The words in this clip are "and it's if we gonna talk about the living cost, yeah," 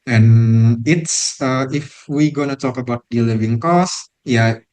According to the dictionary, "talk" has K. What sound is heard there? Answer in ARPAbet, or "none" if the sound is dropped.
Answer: K